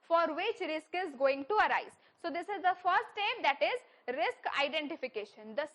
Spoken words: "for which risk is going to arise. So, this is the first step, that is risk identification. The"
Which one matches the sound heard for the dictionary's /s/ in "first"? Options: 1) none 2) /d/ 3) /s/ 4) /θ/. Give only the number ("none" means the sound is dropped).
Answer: 1